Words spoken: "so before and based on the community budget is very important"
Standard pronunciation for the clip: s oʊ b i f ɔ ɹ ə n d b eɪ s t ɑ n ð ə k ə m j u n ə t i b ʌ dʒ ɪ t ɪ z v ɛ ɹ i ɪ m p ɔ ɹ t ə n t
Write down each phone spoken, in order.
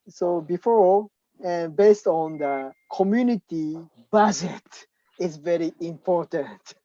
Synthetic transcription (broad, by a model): s oʊ b i f ɔ ɹ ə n b eɪ s t ɑ n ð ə k ə m j u n ə t i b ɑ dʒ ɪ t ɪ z v ɛ ɹ i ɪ m p ɔ ɹ t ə n t